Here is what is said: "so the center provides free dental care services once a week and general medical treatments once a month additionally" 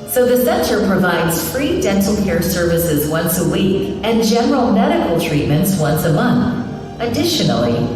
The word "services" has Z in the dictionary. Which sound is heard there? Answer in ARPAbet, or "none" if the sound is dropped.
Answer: Z